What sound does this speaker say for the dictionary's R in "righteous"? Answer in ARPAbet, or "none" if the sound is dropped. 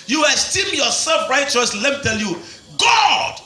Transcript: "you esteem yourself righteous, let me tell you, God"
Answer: R